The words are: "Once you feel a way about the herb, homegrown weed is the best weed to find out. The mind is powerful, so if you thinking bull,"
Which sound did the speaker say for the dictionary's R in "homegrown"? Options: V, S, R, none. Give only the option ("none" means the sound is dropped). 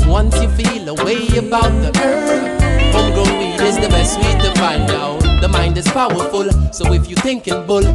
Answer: none